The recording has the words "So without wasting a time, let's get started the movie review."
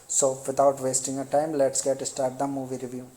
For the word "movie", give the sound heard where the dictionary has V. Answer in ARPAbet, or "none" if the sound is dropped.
V